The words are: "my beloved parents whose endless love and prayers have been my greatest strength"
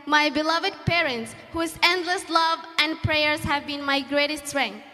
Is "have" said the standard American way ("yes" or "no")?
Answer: yes